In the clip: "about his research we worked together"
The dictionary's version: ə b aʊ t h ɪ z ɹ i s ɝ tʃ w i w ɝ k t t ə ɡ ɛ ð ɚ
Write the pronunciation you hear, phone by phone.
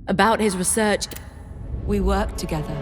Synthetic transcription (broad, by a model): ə b aʊ t h ɪ z ɹ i s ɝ tʃ w i w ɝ k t t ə ɡ ɛ ð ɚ